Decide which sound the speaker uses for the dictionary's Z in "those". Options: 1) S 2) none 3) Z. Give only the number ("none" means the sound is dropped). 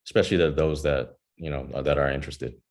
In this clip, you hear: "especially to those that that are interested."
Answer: 3